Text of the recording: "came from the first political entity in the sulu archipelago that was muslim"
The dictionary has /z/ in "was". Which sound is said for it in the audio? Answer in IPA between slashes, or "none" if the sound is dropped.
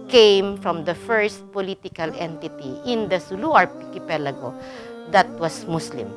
/s/